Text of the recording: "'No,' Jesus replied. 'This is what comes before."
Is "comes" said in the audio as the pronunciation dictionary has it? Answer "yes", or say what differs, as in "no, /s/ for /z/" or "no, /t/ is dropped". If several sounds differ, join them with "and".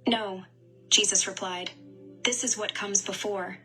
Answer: yes